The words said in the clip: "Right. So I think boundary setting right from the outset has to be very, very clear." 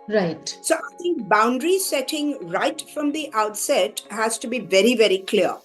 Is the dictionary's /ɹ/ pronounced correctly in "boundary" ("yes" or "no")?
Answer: yes